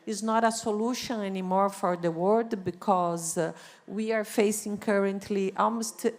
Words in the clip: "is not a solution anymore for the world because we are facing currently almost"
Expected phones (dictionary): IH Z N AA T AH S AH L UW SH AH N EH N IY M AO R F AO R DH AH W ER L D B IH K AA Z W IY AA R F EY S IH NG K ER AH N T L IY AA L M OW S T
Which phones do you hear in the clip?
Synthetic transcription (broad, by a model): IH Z N AA T AH S AH L UW SH AH N EH N IY M AO R F AO R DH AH W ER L D B IH K AA Z W IY AA R F EY S IH NG K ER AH N T L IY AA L M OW S T